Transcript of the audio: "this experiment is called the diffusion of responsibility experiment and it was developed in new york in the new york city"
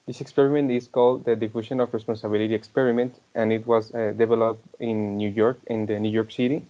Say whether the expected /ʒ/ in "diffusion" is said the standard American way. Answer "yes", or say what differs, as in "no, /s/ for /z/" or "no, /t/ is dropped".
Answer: no, /ʃ/ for /ʒ/